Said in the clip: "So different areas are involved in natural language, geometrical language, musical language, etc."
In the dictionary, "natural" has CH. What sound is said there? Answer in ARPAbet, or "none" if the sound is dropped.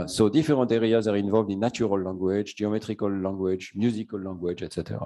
none